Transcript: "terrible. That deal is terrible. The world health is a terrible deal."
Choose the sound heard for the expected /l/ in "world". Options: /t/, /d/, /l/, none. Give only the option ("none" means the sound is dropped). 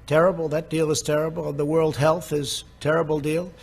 /l/